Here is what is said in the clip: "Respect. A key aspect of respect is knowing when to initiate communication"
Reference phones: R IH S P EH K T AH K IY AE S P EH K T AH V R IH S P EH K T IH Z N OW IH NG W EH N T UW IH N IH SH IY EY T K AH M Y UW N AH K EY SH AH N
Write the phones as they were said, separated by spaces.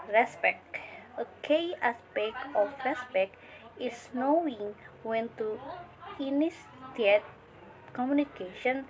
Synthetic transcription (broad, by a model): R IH S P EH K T AH K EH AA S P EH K AH F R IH S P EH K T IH S N OW IH NG W EH N T UW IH N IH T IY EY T K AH M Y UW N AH K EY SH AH N